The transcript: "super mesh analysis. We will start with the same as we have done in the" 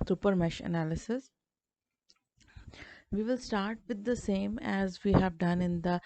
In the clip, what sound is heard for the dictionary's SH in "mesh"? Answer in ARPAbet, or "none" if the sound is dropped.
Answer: SH